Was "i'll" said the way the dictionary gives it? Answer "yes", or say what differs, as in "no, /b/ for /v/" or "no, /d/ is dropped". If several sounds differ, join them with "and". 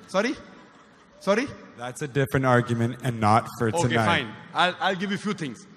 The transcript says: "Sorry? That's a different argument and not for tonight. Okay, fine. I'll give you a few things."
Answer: yes